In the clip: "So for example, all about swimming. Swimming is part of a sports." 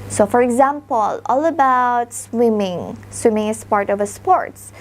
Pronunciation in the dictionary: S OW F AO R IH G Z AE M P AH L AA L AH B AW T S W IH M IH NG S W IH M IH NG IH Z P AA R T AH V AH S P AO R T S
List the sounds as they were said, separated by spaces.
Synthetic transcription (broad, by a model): S OW F AO R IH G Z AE M P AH L AA L AH B AW T S W IH M IH NG S W IH M IH NG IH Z P AA R T AH V AH S P AO R T S